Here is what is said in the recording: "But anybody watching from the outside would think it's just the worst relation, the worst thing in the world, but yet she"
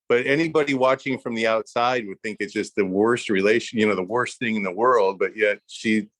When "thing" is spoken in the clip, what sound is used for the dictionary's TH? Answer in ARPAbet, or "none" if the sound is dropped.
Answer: TH